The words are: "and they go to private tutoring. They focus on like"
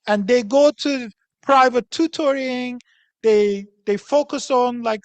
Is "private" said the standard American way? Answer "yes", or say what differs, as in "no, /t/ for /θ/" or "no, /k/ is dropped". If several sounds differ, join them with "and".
yes